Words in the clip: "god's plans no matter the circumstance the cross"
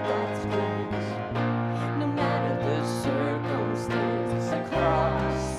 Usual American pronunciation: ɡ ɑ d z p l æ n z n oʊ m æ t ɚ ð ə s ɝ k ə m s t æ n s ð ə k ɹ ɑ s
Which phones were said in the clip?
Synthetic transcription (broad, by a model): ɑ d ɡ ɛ z n oʊ m æ t ɚ ð ə s ɝ k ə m s t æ n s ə k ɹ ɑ s